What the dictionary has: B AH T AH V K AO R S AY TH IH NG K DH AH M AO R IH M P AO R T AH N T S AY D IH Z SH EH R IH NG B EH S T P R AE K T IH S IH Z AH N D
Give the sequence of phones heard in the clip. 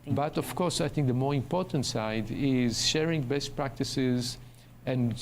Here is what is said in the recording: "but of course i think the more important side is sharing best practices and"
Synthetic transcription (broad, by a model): B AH T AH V K AO R S AY TH IH NG K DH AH M AO R IH M P AO R T AH N T S AY D IH Z SH EH R IH NG B EH S T P R AE K T IH S IH Z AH N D